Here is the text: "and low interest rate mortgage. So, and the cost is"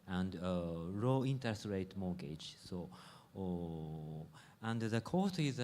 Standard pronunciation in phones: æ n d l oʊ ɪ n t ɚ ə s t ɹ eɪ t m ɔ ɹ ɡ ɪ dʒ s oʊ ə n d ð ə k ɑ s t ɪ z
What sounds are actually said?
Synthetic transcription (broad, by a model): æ n d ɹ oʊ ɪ n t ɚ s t ɹ eɪ t m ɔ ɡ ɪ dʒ s oʊ ə n d ð ə k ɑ t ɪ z